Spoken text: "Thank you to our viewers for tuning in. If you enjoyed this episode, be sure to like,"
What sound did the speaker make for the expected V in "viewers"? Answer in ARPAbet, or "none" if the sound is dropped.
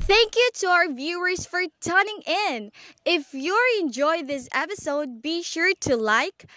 V